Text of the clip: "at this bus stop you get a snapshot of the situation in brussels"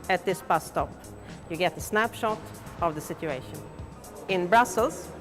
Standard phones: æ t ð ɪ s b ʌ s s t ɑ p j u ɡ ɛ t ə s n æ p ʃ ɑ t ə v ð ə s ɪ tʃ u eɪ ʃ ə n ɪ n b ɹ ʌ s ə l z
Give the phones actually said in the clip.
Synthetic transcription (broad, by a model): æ t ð ɪ s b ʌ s s t ɑ p j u ɡ ɛ t ə s n æ p ʃ ɑ t ə v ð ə s ɪ tʃ u eɪ ʃ ə n ɪ n b ɹ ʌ s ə l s